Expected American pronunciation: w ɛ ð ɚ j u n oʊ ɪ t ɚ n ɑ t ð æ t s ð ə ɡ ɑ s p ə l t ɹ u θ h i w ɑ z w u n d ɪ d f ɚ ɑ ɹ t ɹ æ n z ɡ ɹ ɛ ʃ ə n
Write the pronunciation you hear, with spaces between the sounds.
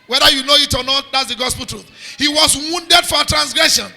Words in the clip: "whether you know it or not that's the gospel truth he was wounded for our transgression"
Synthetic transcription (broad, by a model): w ɛ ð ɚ j u n oʊ ɪ t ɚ n ɑ t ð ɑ t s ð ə ɡ ɑ s p ə l t ɹ u θ h i w ɑ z w u n d ɪ d f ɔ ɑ t ɹ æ n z ɡ ɹ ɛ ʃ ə n